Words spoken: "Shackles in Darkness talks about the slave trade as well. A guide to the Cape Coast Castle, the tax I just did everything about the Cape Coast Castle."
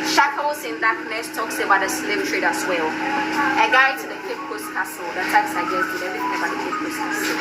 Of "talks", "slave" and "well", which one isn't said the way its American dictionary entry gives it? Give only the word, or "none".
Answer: slave